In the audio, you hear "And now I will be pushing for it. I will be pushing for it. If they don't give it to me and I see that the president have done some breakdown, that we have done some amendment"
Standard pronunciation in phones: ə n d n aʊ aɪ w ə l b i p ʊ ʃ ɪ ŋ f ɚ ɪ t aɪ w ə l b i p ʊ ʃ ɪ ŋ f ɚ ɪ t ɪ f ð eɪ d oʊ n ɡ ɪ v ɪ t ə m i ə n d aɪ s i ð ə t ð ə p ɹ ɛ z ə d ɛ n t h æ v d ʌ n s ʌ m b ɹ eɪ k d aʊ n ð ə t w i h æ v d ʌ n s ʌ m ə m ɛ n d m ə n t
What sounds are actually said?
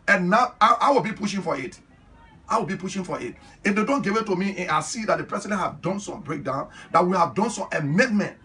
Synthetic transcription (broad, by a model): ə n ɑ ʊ aʊ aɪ w ə l b i p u ʃ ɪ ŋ f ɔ ɪ t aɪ w ə l b i p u ʃ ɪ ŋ f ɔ ɪ t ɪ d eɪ d oʊ n ɡ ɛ w ɪ t ə m i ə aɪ s i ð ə t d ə p ɹ ɛ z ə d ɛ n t h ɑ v d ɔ n s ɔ m b ɹ eɪ k d aʊ n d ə t w i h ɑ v d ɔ n s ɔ m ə m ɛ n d m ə n t